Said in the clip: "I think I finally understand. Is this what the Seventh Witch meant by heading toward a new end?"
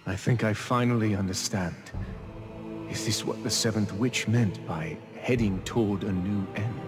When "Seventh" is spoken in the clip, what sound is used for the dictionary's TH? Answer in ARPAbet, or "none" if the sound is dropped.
TH